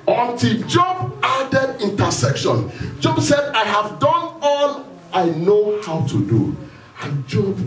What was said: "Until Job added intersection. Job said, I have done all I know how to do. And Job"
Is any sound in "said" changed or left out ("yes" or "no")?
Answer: no